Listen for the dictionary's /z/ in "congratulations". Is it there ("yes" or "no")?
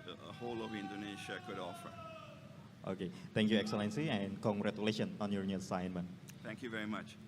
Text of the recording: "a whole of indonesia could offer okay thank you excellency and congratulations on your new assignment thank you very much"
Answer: no